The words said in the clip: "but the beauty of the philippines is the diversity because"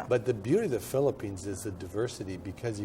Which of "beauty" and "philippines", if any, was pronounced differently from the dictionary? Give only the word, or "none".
none